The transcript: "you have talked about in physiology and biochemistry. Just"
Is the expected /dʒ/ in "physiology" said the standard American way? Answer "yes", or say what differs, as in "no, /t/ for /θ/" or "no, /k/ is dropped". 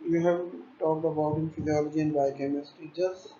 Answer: yes